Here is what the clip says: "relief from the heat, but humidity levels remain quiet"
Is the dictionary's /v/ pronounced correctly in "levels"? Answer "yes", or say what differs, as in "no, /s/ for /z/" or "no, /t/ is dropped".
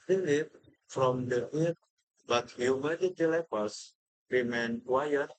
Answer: no, /p/ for /v/